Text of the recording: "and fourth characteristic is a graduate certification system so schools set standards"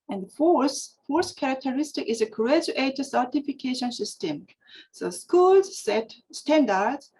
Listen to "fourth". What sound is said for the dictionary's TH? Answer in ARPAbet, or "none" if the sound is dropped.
S